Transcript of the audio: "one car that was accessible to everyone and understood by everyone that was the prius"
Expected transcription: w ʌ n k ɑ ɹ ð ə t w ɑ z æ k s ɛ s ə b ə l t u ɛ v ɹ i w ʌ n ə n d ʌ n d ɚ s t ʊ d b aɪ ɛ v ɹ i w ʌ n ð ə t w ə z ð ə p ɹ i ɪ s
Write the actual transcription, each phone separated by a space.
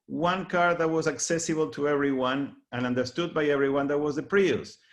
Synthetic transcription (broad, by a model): w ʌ n k ɑ ɹ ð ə t w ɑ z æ k s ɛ s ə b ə l t u ɛ v ɹ i w ʌ n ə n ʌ n d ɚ s t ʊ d b aɪ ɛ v ɹ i w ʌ n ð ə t w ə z ð ə p ɹ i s